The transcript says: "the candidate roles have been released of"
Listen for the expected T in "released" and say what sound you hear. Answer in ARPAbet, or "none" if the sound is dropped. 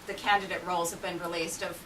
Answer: T